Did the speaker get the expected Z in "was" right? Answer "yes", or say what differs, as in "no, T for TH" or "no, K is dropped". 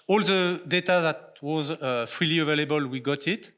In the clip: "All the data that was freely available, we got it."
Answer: yes